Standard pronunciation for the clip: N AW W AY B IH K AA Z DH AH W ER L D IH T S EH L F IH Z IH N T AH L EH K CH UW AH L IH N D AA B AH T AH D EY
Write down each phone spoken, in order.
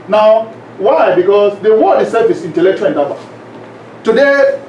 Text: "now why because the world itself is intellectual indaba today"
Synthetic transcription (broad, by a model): N AW W AY B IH K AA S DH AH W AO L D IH S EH F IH S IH N T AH L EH K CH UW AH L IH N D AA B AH T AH D EY